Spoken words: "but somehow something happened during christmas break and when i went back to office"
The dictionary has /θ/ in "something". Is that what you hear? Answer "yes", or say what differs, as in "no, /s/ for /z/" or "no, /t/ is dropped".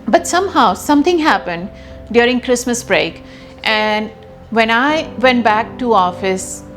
no, /t/ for /θ/